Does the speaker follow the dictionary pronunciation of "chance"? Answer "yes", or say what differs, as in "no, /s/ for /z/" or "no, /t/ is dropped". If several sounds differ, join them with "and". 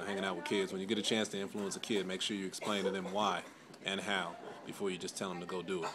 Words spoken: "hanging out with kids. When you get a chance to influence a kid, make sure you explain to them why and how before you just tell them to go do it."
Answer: yes